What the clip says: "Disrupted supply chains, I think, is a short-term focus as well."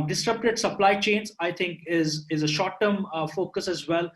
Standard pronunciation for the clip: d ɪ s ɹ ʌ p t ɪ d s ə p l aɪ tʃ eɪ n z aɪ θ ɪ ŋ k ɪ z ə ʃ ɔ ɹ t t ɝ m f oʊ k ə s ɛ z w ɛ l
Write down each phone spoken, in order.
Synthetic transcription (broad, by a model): d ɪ s ɹ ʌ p t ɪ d s ə p l aɪ tʃ eɪ n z aɪ t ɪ ŋ k ɪ z ə ʃ ɔ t t ɝ m f oʊ k ə s ɛ z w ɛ l